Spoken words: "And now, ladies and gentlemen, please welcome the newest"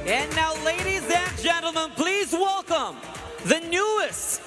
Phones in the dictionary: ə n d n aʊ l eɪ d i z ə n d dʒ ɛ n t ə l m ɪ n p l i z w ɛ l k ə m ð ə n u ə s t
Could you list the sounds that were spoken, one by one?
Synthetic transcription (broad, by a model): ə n n aʊ l eɪ d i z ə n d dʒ ɛ n t l m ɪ n p l i z w ɛ l k ə m ð ə n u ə s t